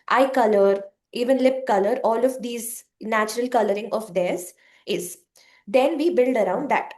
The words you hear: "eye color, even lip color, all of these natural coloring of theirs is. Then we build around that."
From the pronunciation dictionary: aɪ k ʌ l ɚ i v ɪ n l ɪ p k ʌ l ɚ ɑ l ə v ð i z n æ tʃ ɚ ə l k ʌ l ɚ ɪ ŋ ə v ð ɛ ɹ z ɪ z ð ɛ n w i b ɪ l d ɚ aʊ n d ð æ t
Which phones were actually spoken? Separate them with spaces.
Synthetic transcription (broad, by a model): aɪ k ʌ l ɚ i v ɪ n l ɪ p k ʌ l ɚ ɑ l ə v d i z n æ tʃ ɚ ə l k ʌ l ɚ ɪ ŋ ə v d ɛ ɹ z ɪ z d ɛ n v i b ɪ l d ɚ aʊ n d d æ t